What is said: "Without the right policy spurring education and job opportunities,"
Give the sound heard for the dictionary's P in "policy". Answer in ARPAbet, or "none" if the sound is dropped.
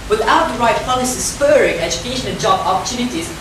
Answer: F